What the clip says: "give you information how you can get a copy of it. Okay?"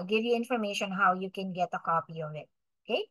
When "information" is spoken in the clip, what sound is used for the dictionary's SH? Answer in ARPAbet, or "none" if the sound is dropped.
SH